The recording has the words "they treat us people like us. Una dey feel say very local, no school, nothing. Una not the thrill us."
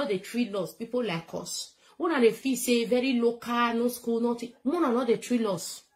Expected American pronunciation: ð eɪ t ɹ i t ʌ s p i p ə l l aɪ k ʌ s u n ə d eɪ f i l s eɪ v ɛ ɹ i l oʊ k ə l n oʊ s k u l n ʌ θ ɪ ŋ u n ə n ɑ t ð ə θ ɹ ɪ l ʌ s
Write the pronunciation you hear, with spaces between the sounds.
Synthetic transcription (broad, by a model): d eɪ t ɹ i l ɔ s p i p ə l l aɪ k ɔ s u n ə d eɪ f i s eɪ v ɛ ɹ i l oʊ k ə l n oʊ s k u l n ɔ t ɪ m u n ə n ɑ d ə t ɹ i l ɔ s